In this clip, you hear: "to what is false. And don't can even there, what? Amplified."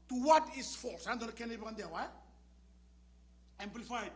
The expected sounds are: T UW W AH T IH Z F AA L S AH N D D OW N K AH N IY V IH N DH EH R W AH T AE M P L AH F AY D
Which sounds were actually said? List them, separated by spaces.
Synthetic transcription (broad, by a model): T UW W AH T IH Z F AA L S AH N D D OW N K AH N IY P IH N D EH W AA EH M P L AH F AY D